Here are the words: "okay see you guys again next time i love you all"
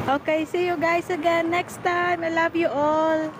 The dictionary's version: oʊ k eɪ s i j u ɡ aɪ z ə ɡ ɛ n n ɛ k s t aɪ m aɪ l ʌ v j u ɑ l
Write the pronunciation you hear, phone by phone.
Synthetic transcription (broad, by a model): oʊ k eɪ s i j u ɡ aɪ s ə ɡ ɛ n n ɛ k s t aɪ m aɪ l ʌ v j u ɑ l